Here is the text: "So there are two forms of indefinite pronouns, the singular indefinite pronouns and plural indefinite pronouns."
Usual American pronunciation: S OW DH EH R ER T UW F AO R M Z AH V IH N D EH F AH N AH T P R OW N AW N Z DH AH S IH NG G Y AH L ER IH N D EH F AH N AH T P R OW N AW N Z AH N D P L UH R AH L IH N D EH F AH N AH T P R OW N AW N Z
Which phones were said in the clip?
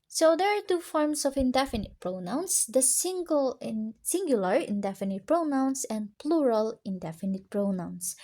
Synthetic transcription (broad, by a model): S OW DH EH R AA T UW F AO R M S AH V IH N D EH F AH N AH T P R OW N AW N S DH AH S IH NG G Y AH L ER IH N D EH F AH N AH T P R OW N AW N S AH N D P L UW R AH L IH N D EH F AH N AH T P R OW N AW N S